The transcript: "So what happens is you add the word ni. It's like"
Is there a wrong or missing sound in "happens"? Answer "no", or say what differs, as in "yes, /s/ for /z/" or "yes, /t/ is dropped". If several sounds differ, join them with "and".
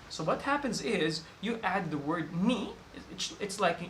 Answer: no